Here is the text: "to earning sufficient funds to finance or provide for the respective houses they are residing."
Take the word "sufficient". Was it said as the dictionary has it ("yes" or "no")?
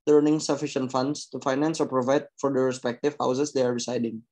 yes